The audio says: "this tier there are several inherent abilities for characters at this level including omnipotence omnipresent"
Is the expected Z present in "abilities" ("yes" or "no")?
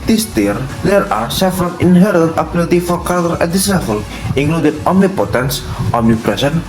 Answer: no